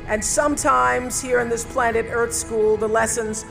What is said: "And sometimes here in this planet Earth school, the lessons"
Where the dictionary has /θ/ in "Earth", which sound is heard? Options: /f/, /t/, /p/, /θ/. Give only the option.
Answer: /θ/